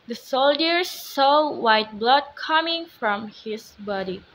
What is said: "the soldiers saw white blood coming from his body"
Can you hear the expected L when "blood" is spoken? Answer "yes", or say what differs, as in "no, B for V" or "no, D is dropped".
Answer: yes